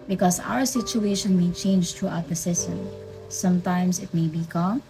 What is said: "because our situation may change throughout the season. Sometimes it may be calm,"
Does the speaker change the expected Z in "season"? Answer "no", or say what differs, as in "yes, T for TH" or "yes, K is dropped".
yes, S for Z